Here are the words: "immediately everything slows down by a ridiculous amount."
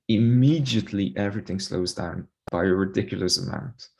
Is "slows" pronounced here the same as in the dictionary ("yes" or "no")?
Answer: yes